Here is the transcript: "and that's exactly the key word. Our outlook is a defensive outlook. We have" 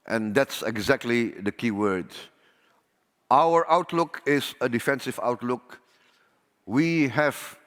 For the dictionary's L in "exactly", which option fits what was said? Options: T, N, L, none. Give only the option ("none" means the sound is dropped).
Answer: L